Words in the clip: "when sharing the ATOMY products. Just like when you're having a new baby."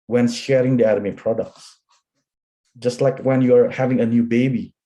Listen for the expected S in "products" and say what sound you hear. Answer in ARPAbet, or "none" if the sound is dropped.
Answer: S